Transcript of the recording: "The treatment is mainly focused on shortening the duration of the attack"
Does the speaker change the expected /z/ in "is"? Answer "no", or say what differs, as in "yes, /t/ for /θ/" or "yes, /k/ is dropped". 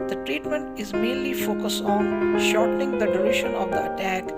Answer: no